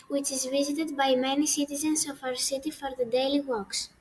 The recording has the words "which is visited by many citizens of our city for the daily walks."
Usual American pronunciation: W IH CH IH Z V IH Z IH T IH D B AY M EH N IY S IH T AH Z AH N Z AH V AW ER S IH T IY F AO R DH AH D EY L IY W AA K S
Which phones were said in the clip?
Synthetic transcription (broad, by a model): W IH CH IH Z V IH Z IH T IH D B AY M EH N IY S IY T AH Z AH N S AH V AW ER S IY T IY F AO R DH AH D EY L IY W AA K S